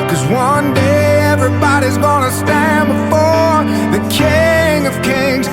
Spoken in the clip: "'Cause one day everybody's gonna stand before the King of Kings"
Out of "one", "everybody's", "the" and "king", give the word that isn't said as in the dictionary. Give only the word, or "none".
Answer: none